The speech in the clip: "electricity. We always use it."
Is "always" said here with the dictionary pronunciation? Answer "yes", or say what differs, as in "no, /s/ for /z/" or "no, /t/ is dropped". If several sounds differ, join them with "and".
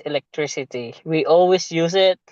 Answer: no, /s/ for /z/